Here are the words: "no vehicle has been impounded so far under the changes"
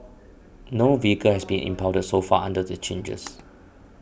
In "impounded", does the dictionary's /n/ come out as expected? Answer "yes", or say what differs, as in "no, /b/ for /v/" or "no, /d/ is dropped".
no, /n/ is dropped